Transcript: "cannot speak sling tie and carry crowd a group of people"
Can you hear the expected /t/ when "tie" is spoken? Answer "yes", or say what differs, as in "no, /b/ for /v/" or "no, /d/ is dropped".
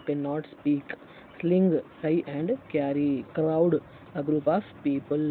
no, /s/ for /t/